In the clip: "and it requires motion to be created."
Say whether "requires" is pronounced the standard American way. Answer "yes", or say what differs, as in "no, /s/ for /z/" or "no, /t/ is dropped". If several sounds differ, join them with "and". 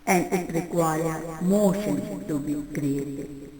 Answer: no, /z/ is dropped